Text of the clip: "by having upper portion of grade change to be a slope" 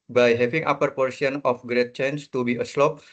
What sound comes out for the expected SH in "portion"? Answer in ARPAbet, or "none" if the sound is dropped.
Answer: S